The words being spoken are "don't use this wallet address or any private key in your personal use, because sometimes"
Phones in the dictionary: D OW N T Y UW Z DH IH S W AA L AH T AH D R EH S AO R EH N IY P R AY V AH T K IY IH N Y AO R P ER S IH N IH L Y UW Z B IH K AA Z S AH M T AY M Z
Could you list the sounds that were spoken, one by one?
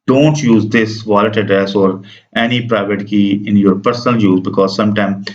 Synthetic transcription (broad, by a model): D OW N T Y UW Z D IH S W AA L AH T AH D R EH S AO R EH N IY P R AY V AH T K IY IH N Y AO R P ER S N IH L Y UW Z B IH K AA Z S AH M T AY M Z